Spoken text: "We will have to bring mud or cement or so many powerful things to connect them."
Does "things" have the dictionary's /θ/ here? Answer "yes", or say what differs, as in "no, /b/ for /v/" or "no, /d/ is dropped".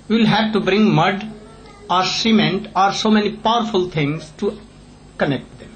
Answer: no, /t/ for /θ/